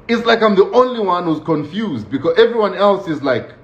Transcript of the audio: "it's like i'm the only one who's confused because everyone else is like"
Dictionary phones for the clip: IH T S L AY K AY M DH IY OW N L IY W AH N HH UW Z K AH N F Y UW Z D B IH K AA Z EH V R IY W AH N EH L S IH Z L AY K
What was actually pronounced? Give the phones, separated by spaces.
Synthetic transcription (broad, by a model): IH T S L AY K AY M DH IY OW N L IY W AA N HH UW Z K AH N F Y UW Z D B IH K AA Z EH V R IY W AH N EH L S IH Z L AY K